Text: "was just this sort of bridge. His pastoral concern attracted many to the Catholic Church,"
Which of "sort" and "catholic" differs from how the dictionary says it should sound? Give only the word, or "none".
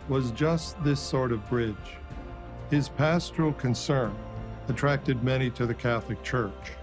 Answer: none